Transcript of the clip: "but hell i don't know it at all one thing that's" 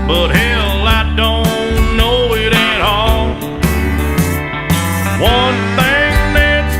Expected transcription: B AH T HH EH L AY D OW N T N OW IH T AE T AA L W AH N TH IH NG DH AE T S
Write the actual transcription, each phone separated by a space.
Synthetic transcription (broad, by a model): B AH T HH EH L AY D OW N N N OW IH T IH T AA L W AH N TH IH NG DH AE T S